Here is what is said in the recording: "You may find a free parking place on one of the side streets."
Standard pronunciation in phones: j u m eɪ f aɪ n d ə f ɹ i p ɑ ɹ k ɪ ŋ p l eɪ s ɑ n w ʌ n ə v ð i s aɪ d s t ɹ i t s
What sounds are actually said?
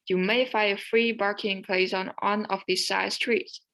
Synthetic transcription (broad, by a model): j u m eɪ f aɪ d ə f ɹ i b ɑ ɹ k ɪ ŋ p l eɪ s ɑ n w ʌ n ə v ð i s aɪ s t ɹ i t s